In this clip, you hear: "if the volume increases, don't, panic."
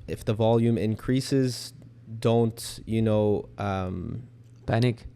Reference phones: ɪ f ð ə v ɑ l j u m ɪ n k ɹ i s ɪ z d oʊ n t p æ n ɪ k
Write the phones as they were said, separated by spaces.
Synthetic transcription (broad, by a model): ɪ f ð ə v ɑ l j u m ɪ n k ɹ i s ɪ z d oʊ n t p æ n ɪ k